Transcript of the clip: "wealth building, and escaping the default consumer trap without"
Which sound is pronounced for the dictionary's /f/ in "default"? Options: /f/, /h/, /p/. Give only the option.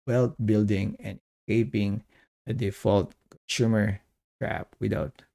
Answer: /f/